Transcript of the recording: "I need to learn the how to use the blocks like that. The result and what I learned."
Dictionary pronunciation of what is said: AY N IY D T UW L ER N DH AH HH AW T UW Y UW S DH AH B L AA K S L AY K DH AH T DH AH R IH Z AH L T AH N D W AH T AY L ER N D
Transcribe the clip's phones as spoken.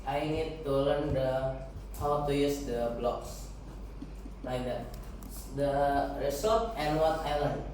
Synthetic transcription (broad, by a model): AY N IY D T UW L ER N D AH HH AW T UW Y UW S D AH B L AA K S L AY K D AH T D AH R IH S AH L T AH N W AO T AY L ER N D